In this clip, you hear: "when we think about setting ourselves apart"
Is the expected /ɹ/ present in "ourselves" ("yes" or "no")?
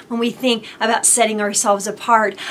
yes